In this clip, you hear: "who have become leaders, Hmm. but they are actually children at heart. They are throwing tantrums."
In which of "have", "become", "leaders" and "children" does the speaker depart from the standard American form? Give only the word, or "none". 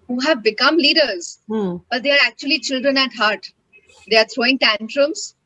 none